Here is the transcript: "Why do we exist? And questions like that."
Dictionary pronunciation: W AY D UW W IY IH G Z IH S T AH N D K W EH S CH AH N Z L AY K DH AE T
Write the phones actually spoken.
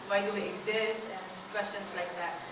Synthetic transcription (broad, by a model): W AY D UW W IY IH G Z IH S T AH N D K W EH S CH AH N S L AY K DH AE T